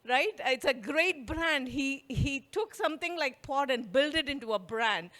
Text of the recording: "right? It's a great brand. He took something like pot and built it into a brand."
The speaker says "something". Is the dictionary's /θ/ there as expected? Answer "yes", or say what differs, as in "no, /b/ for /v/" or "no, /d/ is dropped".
no, /t/ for /θ/